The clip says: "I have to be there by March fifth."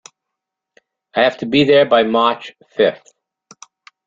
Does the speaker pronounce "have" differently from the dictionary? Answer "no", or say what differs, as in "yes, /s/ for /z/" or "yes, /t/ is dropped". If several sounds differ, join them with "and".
yes, /f/ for /v/